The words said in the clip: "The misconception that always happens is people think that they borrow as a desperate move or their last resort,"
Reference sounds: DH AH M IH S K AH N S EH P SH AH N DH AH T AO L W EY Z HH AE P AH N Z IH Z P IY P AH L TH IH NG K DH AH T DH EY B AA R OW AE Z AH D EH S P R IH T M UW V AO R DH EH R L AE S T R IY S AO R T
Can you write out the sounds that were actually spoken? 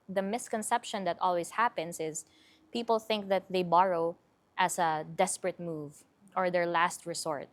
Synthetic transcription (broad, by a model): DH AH M IH S K AH N S EH P SH AH N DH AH T AO L W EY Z HH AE P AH N S IH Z P IY P AH L TH IH NG K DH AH T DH EY B AA R OW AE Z AH D EH S P R IH T M UW V AO R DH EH R L AE S T R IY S AO R T